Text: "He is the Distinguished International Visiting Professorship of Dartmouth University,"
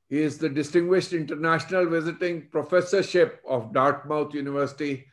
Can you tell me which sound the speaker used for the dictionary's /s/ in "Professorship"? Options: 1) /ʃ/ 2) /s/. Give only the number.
2